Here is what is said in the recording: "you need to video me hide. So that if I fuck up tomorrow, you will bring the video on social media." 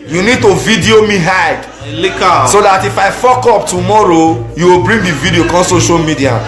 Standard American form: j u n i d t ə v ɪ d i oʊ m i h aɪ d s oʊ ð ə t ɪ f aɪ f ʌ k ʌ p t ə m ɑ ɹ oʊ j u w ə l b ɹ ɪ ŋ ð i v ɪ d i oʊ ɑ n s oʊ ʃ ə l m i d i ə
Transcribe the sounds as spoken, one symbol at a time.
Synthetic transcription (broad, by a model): j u n i d t ə v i d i oʊ m i h aɪ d s oʊ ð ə t ɪ f aɪ f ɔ k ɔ p t ə m ɑ ɹ oʊ j u w ə l b ɹ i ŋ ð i v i d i oʊ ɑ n s oʊ ʃ ə l m i d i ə